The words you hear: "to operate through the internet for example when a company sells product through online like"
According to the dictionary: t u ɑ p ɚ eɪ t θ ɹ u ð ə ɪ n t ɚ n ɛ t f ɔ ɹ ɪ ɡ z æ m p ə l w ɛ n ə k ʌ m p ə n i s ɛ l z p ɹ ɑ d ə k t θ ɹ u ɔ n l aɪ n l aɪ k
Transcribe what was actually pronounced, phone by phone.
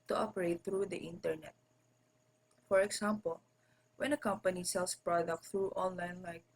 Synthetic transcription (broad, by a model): t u ɑ p ɚ eɪ t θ ɹ u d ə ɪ n t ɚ n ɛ t f ɔ ɹ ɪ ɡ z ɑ m p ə l w ɛ n ə k ʌ m p ə n i s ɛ l s p ɹ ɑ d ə k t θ ɹ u ɔ n l aɪ n l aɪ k